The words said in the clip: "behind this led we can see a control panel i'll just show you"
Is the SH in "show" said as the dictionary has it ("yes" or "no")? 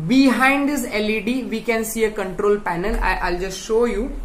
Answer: yes